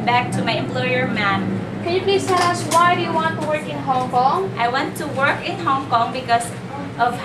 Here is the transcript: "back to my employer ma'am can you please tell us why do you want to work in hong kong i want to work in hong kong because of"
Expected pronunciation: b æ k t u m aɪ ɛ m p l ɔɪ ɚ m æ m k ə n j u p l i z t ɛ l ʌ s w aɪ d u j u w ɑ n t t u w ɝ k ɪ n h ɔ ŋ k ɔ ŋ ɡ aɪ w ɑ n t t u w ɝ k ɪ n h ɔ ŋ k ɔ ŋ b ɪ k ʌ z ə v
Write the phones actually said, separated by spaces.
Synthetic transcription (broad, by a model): b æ k t u m aɪ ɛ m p l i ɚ m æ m k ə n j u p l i s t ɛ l ʌ s w aɪ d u j u w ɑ n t t u w ɝ k ɪ n h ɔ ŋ k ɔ ŋ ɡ aɪ w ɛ n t t u w ɝ k ɪ n h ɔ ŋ k ɔ ŋ b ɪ k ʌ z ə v